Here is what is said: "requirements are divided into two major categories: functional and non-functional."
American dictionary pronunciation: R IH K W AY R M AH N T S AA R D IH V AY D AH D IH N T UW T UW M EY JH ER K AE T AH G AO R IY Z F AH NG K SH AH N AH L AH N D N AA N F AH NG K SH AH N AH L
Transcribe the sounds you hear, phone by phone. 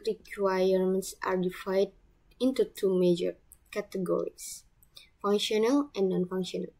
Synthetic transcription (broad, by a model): R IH K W AY R M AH N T S AA R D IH F AY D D IH N T UW T UW M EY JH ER K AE T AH G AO R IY S F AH NG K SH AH N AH L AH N N AA N F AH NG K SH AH N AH L